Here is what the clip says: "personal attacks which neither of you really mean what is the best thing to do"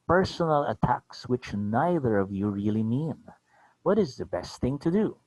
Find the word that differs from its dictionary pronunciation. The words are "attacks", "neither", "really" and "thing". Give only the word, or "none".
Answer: none